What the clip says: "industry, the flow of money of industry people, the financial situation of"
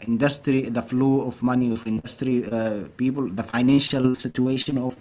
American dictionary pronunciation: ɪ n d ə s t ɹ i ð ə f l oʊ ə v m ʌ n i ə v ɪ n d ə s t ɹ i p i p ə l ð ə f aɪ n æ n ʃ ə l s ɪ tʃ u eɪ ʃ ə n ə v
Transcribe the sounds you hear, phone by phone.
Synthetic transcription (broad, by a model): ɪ n d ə s t ɹ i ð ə f l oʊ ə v m ʌ n i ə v ɪ n d ə s t ɹ i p i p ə l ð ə f aɪ n æ n ʃ ə l s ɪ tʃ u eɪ ʃ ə n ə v